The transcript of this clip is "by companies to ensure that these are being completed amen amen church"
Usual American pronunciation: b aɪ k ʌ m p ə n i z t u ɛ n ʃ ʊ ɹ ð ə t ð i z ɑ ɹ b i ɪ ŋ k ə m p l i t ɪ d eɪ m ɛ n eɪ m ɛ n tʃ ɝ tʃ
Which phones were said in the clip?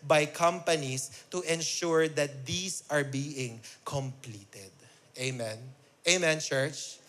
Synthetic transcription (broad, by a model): b aɪ k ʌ m p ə n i s t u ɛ n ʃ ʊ ɹ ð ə t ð i s ɑ ɹ b i ɪ ŋ k ə m p l i t ɪ d eɪ m ɛ n eɪ m ɛ n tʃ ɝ tʃ